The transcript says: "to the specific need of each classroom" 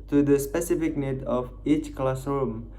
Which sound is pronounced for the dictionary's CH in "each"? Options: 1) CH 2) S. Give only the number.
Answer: 1